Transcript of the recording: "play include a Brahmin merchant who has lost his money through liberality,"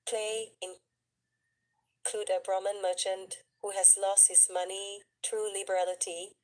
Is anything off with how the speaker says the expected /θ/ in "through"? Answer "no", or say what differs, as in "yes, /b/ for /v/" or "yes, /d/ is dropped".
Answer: yes, /t/ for /θ/